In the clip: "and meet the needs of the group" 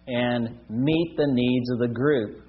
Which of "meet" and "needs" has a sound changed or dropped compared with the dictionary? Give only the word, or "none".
none